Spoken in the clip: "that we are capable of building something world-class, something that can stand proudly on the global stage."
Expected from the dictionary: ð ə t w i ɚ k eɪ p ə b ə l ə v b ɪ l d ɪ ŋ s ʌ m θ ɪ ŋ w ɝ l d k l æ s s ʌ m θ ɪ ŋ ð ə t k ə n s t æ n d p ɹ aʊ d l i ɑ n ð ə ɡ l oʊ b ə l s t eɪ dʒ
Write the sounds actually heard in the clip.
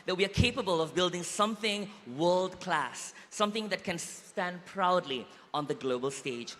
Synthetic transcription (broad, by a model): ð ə t w i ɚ k eɪ p ə b ə l ə v b ɪ l d ɪ ŋ s ʌ m θ ɪ ŋ w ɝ l d k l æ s s ʌ m θ ɪ ŋ ð ə t k ə n s t æ n d p ɹ aʊ d l i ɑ n ð ə ɡ l oʊ b ə l s t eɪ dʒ